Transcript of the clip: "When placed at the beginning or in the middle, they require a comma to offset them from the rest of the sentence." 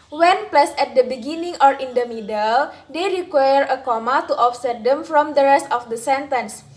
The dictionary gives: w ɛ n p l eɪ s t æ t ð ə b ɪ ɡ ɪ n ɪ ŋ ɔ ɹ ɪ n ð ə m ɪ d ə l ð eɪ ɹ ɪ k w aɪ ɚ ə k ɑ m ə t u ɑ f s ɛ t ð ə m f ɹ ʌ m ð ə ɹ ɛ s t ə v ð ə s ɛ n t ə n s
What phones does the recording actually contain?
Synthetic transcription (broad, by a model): w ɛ n p l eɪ s ɛ t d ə b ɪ ɡ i n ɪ ŋ ɔ ɹ ɪ n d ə m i d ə l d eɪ ɹ ɪ k w aɪ ɚ ə k ɑ m ə t u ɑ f s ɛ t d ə m f ɹ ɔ m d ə ɹ ɛ s t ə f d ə s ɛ n t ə n s